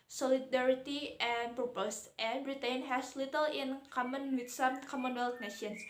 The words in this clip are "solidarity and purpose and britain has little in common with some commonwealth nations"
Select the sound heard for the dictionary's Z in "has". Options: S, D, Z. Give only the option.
S